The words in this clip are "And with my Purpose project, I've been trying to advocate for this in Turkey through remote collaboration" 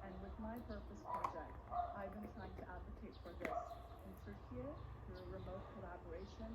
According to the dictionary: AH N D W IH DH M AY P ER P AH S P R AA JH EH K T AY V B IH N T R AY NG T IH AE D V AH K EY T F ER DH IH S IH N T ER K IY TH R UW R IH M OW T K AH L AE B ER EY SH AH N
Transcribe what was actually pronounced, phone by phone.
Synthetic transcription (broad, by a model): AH N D W IH DH M AY P ER P AH S P R AA JH EH K T AY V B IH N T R AY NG T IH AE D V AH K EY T F ER DH IH S IH N S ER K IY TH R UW R IH M OW T K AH L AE B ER EY SH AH N